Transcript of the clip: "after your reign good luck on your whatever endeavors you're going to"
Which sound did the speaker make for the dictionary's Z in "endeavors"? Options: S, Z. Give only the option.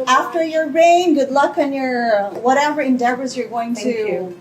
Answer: Z